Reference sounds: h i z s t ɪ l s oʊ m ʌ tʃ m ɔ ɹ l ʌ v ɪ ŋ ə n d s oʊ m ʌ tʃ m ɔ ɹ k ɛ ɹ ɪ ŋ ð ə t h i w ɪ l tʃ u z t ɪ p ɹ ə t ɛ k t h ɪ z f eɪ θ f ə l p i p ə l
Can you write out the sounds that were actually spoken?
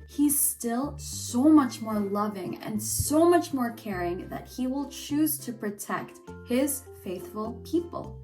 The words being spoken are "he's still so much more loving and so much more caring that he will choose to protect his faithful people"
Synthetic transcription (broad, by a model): h i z s t ɪ l s oʊ m ʌ tʃ m ɔ ɹ l ʌ v ɪ ŋ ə n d s oʊ m ʌ tʃ m ɔ ɹ k ɛ ɹ ɪ ŋ ð ə t h i w ɪ l tʃ u z t ɪ p ɹ ə t ɛ k t h ɪ z f eɪ θ f ə l p i p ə l